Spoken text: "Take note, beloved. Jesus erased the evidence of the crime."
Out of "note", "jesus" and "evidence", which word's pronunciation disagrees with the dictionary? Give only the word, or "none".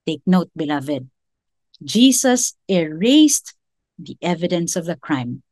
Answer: jesus